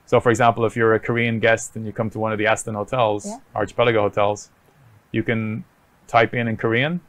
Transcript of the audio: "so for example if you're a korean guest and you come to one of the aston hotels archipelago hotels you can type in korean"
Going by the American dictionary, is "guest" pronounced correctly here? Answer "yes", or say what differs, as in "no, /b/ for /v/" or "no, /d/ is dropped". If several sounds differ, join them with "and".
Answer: yes